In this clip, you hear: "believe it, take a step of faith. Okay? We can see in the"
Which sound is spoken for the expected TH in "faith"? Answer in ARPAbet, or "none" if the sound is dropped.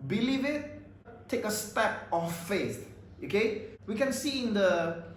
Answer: S